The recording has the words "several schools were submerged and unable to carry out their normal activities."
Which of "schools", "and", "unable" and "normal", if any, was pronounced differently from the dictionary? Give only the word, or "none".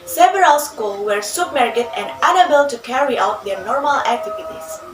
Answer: schools